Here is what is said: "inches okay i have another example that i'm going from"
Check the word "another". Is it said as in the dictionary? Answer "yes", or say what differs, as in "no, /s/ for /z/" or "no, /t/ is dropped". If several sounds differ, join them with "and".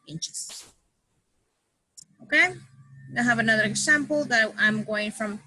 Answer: yes